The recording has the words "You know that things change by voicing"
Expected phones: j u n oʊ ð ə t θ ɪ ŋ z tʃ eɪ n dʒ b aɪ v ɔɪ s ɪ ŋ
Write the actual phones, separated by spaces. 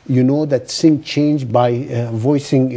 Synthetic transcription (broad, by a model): j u n oʊ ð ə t s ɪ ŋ tʃ eɪ n dʒ b aɪ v ɔɪ s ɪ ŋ